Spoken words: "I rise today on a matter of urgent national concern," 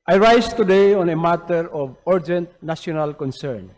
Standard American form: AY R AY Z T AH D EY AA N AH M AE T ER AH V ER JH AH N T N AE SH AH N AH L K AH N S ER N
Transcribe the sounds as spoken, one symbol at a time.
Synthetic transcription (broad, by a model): AY R AY S T AH D EY AA N AH M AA T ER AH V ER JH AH N T N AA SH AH N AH L K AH N S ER N